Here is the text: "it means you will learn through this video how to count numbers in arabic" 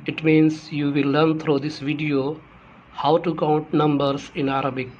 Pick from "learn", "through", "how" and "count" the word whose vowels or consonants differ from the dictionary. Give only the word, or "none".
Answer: through